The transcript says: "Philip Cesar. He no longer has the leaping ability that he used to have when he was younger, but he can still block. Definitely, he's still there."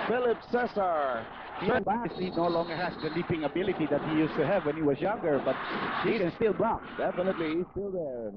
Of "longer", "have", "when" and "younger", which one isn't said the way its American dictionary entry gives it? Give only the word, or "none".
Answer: none